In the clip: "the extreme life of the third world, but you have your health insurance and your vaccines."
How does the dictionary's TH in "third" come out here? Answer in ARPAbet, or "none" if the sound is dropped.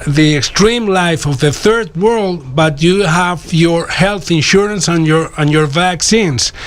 TH